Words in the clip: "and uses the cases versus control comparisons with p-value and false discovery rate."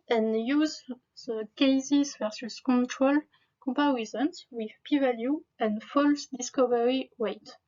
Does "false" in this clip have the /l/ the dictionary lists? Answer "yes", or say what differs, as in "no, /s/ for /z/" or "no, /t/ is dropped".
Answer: yes